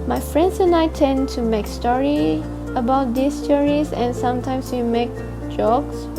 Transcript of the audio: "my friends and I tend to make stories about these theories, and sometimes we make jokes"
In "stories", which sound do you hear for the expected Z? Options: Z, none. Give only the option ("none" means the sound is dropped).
none